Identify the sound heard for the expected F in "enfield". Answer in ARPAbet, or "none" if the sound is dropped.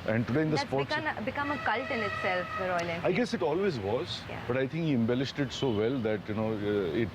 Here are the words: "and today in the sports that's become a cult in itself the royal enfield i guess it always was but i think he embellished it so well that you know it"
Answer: none